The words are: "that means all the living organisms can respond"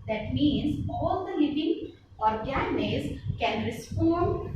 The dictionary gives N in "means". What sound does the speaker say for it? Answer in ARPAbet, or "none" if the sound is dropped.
N